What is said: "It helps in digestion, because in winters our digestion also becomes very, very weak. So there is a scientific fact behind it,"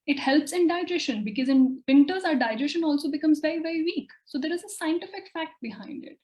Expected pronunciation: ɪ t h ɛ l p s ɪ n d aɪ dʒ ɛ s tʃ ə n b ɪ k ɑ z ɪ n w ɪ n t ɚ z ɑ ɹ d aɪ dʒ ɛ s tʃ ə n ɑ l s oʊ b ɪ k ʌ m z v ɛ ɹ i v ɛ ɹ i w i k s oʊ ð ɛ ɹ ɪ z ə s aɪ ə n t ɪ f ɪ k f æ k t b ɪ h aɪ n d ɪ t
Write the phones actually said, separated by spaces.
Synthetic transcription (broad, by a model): ɪ t h ɛ l p s ɪ n d aɪ dʒ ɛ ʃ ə n b ɪ k ɑ z ɪ n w ɪ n t ɚ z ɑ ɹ d aɪ dʒ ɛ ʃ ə n ɑ l s oʊ b ɪ k ʌ m z v ɛ ɹ i v ɛ ɹ i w i k s oʊ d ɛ ɹ ɪ z ə s aɪ ə n t ɪ f ɪ k f æ k t b ɪ h aɪ n d ɪ t